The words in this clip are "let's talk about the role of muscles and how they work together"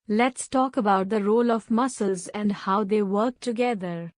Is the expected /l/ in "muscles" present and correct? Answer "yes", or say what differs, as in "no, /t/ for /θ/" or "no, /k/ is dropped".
yes